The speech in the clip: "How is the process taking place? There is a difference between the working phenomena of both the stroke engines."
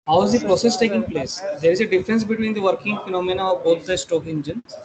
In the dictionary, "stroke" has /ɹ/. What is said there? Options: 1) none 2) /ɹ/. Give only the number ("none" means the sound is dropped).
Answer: 1